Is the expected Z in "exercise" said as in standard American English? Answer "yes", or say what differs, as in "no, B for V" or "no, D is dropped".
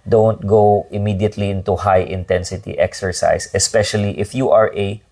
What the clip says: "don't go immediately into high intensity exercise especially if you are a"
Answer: no, S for Z